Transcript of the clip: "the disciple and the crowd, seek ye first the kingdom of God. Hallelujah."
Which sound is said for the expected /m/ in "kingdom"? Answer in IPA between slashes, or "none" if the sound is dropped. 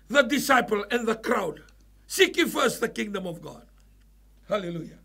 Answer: /m/